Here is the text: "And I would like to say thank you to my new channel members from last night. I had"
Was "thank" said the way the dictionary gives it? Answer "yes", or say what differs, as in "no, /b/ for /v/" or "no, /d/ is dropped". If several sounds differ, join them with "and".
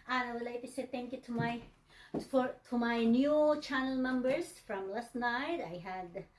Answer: no, /t/ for /θ/